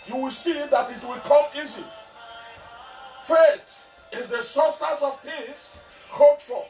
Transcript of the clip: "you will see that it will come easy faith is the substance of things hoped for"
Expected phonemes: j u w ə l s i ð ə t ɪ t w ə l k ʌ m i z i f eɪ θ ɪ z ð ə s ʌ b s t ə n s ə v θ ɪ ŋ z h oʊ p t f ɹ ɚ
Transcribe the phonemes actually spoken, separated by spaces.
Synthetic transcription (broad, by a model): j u w ə l s i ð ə t ɪ t w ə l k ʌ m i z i f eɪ t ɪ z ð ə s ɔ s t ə s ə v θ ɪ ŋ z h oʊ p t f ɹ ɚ